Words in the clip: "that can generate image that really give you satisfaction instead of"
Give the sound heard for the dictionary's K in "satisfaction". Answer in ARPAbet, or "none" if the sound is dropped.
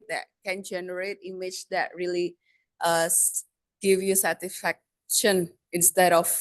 K